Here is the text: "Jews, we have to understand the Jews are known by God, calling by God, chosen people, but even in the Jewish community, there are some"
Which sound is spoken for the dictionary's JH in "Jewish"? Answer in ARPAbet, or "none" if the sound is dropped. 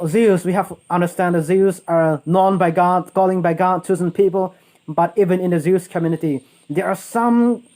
Z